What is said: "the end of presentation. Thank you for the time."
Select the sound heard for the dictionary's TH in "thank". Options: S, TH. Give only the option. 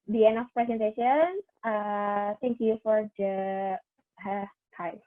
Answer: S